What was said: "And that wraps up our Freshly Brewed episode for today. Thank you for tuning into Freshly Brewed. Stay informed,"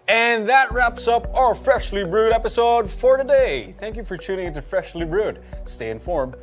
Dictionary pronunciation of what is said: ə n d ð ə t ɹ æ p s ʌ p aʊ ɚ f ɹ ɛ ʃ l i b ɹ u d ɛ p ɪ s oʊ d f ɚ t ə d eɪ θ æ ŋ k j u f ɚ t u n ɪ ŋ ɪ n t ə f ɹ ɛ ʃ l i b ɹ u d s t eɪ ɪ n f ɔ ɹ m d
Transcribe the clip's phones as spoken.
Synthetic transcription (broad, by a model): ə n ð ə t ɹ æ p s ʌ p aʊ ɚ f ɹ ɛ ʃ l i b ɹ u d ɛ p ɪ s oʊ d f ɚ t ə d eɪ θ æ ŋ k j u f ɚ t u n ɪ ŋ ɪ n t ə f ɹ ɛ ʃ l i b ɹ u d s t eɪ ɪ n f ɔ ɹ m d